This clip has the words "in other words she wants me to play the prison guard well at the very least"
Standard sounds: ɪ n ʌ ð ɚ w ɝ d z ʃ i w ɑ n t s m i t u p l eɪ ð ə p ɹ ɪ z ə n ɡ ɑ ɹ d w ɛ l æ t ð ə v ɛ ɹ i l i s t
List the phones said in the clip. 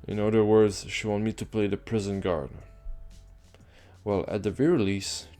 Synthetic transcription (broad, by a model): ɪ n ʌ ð ɚ w ɝ d z ʃ i w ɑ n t m i t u p l eɪ ð ə p ɹ ɪ z ə n ɡ ɑ ɹ d w ɛ l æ t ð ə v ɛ ɹ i l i s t